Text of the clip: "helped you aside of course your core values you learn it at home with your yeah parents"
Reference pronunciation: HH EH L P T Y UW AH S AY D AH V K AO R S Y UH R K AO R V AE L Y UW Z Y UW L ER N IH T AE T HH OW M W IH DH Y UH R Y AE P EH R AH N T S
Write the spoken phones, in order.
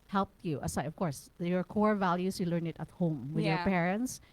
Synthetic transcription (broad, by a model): HH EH L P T Y UW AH S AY AH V K AO R S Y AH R K AO R V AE L Y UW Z Y UW L ER N IH T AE T HH OW M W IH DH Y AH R P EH R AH N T S